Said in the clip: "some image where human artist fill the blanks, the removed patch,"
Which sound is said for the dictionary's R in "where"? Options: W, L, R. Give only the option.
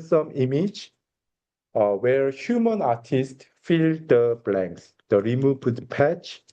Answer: R